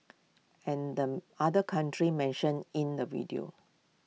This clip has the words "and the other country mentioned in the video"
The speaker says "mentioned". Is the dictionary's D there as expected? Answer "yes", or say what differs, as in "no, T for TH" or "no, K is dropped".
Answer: no, D is dropped